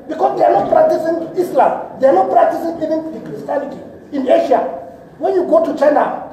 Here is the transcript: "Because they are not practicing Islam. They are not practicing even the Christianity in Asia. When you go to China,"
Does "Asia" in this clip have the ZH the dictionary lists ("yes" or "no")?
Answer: no